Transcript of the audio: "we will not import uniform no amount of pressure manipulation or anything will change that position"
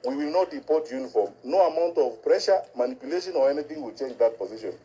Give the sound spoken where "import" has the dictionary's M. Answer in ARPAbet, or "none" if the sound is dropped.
none